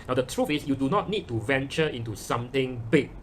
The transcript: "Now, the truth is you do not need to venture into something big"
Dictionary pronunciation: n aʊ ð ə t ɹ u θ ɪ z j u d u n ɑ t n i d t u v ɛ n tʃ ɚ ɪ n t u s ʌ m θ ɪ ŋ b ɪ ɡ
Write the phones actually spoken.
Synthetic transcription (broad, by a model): n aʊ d ə t ɹ u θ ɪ s j u d u n ɑ t n i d t u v ɛ n tʃ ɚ ɪ n t u s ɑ m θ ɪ ŋ b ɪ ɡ